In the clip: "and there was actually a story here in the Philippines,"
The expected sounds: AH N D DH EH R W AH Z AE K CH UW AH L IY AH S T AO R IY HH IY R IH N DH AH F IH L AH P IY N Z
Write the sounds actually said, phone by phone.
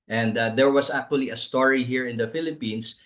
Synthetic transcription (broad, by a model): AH N D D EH R W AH S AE K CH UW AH L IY AH S T AO R IY HH IY R IH N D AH F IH L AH P IY N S